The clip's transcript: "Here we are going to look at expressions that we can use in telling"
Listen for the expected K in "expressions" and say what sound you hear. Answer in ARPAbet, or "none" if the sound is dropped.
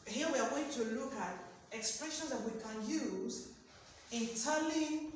K